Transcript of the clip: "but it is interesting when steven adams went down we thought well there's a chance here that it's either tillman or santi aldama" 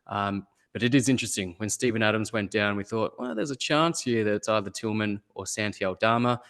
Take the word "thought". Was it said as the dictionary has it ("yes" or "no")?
yes